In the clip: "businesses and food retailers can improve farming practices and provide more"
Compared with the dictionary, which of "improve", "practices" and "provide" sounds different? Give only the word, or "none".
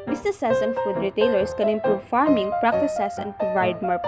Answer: practices